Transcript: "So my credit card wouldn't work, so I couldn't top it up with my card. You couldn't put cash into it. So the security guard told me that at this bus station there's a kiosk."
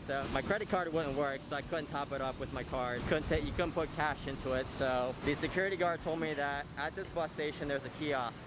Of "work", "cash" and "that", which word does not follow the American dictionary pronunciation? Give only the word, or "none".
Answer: none